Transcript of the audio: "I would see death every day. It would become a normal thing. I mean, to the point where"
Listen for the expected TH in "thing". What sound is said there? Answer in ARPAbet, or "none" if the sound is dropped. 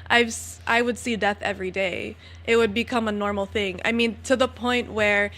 TH